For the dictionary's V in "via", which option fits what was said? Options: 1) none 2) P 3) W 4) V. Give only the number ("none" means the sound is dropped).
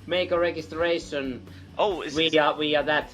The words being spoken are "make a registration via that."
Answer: 3